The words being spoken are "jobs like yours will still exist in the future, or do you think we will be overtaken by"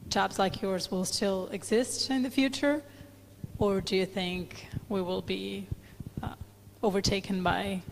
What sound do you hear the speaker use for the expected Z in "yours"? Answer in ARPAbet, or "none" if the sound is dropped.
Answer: Z